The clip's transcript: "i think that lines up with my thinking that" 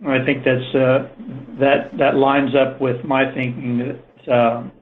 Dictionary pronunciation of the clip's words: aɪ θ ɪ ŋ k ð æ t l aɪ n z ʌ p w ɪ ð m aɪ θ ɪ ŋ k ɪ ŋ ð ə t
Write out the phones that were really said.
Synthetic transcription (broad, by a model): aɪ θ ɪ ŋ k ð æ t l aɪ n z ʌ p w ɪ ð m aɪ θ ɪ ŋ k ɪ ŋ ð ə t